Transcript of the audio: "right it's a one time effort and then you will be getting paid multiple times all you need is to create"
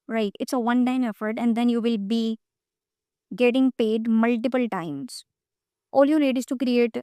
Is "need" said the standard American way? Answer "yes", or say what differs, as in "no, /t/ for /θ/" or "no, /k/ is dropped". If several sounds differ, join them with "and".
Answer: no, /l/ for /n/